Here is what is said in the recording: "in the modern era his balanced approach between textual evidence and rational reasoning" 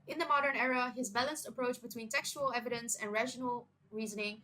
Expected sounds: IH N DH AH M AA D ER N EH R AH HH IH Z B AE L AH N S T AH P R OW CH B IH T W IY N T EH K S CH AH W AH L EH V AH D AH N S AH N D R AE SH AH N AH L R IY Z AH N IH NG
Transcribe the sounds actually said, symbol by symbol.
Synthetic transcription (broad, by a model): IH N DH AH M AA D ER N EH R AH HH IH Z B AE L AH N S T AH P R OW CH B IH T W IY N T EH K S CH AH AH L EH V AH D AH N S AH N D R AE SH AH N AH L R IY Z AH N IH NG